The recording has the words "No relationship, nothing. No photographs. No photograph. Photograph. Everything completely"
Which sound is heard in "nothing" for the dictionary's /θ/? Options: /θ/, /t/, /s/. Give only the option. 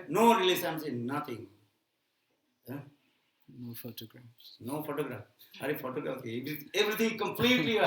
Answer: /t/